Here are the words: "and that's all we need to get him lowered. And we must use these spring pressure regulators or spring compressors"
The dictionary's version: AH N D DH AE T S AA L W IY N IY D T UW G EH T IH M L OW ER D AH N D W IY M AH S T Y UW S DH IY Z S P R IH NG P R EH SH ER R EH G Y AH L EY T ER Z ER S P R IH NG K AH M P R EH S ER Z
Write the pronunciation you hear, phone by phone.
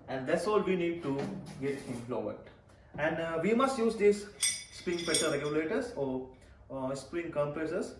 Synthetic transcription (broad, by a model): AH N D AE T S AA L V IY N IY D T UW G EH T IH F L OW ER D AH N D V IY M AH S T Y UW S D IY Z S P R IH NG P EH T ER R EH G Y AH L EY T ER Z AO S P R IH NG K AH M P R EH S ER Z